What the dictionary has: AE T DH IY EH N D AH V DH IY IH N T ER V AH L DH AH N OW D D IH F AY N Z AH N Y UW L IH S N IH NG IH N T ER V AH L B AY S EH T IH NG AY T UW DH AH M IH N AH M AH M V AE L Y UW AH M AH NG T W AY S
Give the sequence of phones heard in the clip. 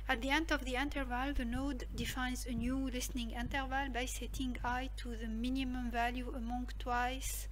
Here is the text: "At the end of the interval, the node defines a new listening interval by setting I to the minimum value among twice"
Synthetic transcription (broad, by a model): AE T DH IY EH N D AH V DH IY IH N T ER V AH L DH AH N OW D D IH F AY N Z AH N Y UW L IH S N IH NG IH N T ER V AH L B AY S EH T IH NG AY T UW DH AH M IH N AH M AH M V AE L Y UW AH M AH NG T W AY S